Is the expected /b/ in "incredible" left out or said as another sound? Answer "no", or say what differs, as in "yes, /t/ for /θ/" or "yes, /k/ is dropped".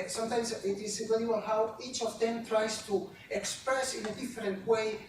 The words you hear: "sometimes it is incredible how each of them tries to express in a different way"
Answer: yes, /b/ is dropped